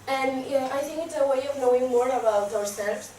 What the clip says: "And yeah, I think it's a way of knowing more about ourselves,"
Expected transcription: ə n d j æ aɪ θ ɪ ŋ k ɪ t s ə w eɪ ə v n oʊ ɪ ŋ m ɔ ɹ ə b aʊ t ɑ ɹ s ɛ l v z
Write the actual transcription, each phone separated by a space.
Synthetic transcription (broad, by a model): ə n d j aɪ θ ɪ ŋ k ɪ t s ə w eɪ ə v n oʊ ɪ ŋ m ɔ ɹ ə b aʊ t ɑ ɹ s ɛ l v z